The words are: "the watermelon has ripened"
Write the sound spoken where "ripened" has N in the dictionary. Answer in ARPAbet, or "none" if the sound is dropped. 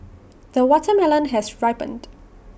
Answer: N